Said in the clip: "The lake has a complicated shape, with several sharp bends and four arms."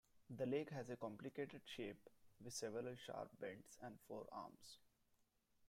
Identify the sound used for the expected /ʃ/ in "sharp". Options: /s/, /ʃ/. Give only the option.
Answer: /ʃ/